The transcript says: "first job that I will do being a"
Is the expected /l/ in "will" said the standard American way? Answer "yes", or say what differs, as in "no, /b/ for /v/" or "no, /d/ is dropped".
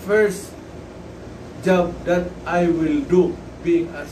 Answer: yes